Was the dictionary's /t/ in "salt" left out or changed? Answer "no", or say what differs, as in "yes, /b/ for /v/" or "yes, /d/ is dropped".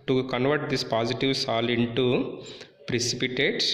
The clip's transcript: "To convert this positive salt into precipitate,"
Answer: yes, /t/ is dropped